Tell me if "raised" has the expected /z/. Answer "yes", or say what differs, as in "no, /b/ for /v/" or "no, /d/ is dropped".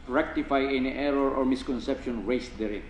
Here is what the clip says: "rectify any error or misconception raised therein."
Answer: no, /s/ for /z/